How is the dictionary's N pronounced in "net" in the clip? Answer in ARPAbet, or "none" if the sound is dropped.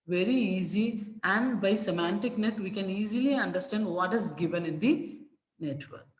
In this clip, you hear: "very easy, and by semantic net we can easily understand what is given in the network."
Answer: N